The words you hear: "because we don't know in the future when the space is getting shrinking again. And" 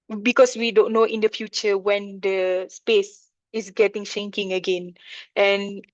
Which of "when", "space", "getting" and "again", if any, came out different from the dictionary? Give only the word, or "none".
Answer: none